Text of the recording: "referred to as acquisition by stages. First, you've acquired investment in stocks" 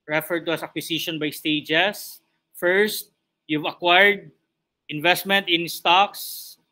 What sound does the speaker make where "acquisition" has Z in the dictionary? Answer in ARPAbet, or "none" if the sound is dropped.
S